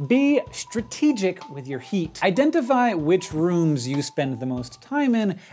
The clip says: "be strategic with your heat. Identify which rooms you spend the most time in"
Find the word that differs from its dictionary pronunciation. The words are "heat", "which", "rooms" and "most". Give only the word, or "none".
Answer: none